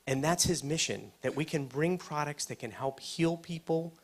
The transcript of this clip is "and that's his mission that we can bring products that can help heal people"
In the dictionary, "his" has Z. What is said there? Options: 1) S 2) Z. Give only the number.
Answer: 2